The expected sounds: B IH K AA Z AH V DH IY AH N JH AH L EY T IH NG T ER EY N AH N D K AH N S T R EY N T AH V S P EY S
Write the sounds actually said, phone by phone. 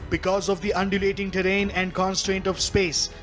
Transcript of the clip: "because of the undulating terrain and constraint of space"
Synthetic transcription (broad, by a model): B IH K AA Z AH V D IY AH N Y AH L EY T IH NG T ER EY N AH N D K AH N S T R EY N T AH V S P EY S